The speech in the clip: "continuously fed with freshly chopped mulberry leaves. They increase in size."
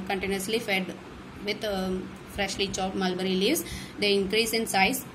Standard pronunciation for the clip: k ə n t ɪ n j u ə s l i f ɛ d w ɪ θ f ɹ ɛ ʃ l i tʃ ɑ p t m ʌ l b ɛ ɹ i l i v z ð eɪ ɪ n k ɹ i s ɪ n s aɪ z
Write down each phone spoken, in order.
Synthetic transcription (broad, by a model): k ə n t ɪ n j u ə s l i f ɛ d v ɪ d f ɹ ɛ ʃ l i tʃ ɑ t m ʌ l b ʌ ɹ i l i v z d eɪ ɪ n k ɹ i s ɪ n s aɪ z